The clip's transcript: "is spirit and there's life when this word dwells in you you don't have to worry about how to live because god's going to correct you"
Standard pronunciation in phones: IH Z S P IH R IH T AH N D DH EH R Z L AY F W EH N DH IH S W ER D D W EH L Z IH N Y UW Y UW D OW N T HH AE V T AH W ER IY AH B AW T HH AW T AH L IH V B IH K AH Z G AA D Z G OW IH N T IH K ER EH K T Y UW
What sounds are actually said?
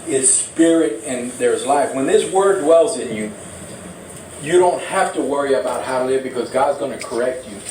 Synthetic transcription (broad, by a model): IH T S P IH R IH T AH N DH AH R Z L AY F W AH N DH IH S W ER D D W EH L Z IH N Y UW Y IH D OW N T HH AE F T AH W ER IY AH B AW T HH AW T AH L IH V B IH K AH Z G AA D Z G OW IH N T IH K ER EH K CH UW